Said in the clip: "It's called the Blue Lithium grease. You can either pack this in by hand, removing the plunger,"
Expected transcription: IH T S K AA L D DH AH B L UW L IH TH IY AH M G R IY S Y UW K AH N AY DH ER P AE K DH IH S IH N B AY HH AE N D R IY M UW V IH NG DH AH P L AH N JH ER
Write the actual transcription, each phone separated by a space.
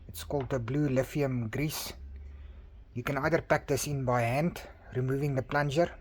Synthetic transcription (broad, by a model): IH T S K AA L D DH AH B L UW L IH F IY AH M G R IY S Y UW K AH N AY DH ER P AE K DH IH S IH N B AY HH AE N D R IY M UW V IH NG DH AH P L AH N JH ER